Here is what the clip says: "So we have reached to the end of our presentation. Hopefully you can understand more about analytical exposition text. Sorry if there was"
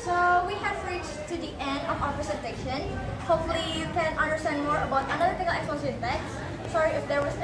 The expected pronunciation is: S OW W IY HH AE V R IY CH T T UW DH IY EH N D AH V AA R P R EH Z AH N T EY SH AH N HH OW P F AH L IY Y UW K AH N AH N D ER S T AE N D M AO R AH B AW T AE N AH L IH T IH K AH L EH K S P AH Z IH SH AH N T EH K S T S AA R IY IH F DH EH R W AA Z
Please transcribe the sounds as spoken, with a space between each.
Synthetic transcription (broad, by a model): S OW W IY HH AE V R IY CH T T UW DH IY EH N D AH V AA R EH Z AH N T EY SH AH N HH OW P F AH L IY Y UW K AH N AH N D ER S T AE N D M AO R AH B AW T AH N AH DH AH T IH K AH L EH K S AH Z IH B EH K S S AA R IY IH F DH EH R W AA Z